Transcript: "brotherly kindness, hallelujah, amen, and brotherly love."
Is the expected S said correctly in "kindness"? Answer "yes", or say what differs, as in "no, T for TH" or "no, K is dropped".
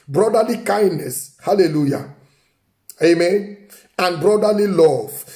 yes